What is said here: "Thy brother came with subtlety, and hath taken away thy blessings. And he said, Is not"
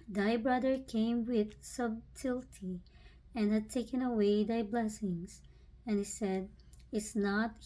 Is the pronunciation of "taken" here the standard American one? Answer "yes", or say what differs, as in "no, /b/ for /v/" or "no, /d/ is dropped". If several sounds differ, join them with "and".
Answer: yes